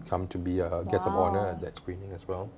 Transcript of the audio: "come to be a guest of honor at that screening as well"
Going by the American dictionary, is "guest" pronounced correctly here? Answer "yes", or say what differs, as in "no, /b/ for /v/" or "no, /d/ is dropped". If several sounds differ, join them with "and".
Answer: no, /t/ is dropped